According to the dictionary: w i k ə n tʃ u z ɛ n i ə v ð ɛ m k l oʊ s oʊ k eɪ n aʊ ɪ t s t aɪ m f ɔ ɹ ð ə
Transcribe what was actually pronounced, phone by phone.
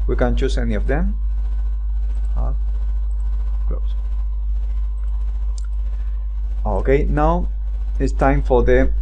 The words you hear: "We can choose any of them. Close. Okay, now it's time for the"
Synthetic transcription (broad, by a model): w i k ə n tʃ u s ɛ n i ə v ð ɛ m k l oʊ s oʊ k eɪ n aʊ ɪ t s t aɪ m f ɔ ɹ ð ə